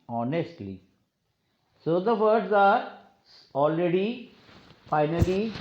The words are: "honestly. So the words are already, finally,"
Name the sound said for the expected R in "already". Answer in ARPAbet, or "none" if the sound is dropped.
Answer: R